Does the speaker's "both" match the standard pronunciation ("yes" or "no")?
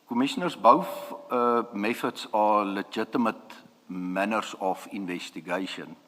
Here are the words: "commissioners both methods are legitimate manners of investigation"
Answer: no